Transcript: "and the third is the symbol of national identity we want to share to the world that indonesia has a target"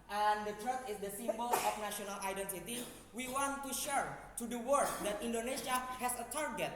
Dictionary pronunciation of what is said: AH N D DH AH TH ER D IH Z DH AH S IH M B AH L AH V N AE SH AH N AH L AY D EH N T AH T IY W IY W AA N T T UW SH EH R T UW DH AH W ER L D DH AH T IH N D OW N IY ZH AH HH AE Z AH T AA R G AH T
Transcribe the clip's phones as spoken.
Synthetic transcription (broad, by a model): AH N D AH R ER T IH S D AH S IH M B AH L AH F N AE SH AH N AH L AY D EH N T AH T IY W IY W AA N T T UW SH EH R T UW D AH W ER D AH T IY N D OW N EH SH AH HH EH S AH T AA R G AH T